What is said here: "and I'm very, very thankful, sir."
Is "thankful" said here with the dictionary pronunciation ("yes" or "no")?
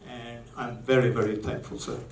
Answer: yes